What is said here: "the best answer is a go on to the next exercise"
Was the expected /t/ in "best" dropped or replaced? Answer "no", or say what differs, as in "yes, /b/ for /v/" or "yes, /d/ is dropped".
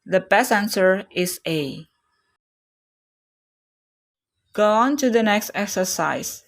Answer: yes, /t/ is dropped